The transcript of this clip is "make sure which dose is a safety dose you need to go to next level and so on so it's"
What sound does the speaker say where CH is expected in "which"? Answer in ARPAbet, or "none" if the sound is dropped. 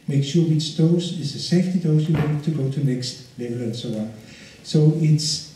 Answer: S